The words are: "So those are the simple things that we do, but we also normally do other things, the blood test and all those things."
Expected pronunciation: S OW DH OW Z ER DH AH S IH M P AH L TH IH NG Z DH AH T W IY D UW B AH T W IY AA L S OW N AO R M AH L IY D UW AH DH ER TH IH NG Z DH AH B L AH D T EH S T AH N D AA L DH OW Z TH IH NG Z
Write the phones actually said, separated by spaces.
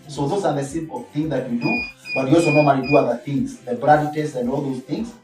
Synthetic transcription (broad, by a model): S OW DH OW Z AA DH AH S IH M P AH L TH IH NG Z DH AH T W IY D UW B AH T W IY AA L S OW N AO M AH N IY D UW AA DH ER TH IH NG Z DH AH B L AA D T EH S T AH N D AA L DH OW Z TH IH NG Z